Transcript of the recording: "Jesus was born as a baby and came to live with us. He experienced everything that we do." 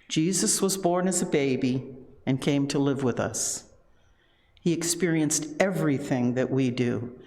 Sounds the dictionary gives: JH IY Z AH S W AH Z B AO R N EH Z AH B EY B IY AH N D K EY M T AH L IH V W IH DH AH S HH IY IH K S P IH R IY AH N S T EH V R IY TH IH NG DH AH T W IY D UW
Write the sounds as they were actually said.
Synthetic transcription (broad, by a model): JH IY Z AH S W AH Z B AO R N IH Z AH B EY B IY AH N K EY M T AH L IH V W IH DH AH S HH IY IH K S P IH R IY AH N S T EH V R IY TH IH NG DH AH T W IY D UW